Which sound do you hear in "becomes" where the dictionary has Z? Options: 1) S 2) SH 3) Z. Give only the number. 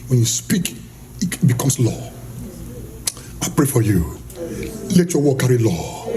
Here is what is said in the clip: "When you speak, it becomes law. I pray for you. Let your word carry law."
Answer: 1